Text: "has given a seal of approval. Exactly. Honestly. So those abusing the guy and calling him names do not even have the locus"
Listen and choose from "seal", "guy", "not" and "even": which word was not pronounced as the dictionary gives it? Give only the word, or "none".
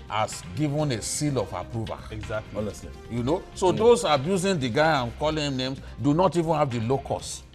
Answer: none